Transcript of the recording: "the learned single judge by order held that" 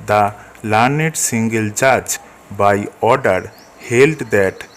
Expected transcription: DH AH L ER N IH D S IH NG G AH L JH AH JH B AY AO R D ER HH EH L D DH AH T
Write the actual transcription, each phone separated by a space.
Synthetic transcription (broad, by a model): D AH L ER N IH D S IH NG G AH L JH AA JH B AY AO R D ER HH EH L D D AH T